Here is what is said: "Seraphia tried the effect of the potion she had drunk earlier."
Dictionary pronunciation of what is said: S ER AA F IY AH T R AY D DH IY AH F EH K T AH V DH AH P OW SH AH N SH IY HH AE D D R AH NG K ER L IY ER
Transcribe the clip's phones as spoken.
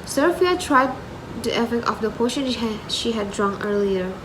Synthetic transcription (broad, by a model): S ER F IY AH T R AY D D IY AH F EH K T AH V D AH P OW SH AH N SH IY HH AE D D R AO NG ER L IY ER